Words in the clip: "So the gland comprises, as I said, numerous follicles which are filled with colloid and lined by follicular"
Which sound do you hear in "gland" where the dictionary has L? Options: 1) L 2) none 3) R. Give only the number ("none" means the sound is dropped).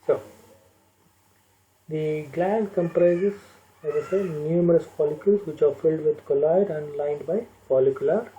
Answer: 1